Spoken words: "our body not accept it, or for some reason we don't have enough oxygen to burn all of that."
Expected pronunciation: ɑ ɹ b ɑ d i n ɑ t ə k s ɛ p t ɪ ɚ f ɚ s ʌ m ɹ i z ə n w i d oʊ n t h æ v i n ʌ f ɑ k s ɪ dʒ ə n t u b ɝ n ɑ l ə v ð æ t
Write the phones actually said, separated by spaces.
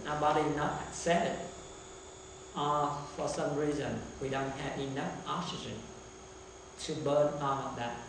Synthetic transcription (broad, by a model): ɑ b ɑ d i n ɑ t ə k s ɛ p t ɪ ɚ f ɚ s ʌ m ɹ i z ə n w i d oʊ n t h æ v i n ʌ f ɑ k s ɪ dʒ ə n t u b ɝ n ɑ n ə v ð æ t